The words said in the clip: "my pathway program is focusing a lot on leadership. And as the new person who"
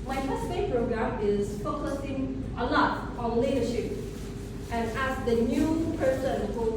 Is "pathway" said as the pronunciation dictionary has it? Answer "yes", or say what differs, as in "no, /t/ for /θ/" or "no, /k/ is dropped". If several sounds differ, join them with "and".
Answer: no, /f/ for /p/